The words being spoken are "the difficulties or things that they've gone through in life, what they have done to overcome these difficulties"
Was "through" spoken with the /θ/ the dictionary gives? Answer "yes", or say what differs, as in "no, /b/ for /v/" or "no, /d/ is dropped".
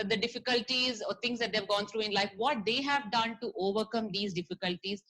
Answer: no, /t/ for /θ/